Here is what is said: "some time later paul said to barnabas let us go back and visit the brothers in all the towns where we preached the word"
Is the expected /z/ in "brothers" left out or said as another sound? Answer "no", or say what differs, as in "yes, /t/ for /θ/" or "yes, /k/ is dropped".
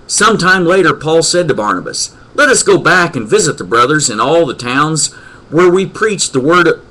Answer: no